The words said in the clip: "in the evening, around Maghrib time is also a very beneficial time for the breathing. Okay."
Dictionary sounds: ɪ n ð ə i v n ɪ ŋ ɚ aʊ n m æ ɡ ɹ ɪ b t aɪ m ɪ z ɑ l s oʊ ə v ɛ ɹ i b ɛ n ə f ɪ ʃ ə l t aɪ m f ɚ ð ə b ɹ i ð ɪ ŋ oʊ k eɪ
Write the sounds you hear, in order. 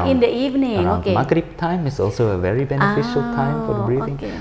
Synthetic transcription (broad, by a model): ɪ n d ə i v n ɪ ŋ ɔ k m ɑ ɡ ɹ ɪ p t aɪ m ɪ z ɑ l s oʊ ə v ɛ ɹ i b ɛ n ə f ɪ ʃ ə l t aɪ m f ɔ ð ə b ɹ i ɪ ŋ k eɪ